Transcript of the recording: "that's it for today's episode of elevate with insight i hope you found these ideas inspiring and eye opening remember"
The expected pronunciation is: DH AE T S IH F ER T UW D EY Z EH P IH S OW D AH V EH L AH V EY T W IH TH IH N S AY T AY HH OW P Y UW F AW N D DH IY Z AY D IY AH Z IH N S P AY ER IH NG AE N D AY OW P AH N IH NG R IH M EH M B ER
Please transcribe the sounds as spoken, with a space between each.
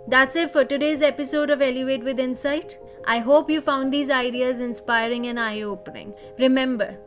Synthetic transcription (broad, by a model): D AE T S IH F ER T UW D EY Z EH P IH S OW D AH V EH L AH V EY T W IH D IH N S AY T AY HH OW P Y UW F AW N D IY Z AY D IY AH Z IH N S P AY ER IH NG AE N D AY OW P AH N IH NG R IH M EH M B ER